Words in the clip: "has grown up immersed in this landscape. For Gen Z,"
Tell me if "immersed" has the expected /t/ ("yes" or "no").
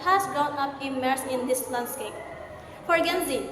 no